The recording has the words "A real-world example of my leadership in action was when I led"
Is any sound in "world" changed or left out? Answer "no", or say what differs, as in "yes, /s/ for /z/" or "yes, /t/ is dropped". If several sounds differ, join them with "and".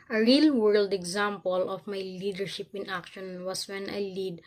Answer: no